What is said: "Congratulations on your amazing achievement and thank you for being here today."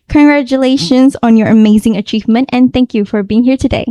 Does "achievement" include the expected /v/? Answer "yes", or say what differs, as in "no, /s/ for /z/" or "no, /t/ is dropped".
yes